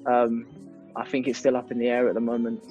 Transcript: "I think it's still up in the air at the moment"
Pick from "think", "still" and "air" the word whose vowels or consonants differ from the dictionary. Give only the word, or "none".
none